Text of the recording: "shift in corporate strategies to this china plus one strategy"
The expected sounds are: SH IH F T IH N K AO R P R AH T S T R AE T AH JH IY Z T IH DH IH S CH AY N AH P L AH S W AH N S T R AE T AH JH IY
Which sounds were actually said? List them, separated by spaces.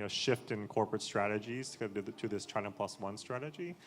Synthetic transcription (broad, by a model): SH IH F T IH N K AO R P R AH T S T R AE T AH JH IY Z T IH DH IH S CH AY AH P L AH S W AH N S T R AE T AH JH IY